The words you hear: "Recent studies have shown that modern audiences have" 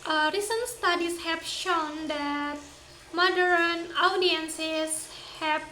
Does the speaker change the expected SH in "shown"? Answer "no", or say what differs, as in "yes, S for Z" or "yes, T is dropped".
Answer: no